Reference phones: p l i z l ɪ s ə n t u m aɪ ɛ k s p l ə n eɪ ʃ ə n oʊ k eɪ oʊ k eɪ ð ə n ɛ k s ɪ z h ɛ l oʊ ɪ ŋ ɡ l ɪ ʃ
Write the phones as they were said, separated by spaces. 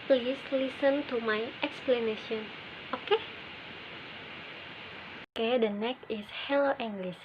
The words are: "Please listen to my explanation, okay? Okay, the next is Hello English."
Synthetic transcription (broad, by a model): p l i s l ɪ s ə n t u m aɪ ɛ k s p l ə n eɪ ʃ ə n oʊ k eɪ oʊ k eɪ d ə n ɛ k ɪ s h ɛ l oʊ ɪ ŋ ɡ l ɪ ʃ